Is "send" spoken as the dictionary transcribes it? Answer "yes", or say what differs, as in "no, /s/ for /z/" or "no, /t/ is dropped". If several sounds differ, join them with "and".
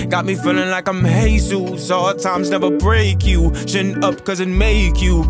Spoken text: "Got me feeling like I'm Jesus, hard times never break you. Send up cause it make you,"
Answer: no, /d/ is dropped